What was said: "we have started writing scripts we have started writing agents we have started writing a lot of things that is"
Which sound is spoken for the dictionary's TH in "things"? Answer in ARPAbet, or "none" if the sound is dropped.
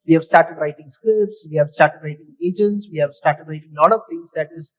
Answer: T